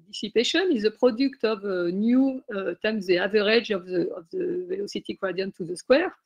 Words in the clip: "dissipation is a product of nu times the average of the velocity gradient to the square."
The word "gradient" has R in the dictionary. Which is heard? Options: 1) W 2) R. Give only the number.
1